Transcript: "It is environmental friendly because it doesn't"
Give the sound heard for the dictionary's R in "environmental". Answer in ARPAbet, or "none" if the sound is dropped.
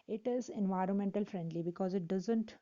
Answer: R